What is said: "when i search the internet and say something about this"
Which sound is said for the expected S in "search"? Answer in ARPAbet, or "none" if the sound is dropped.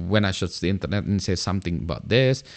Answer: SH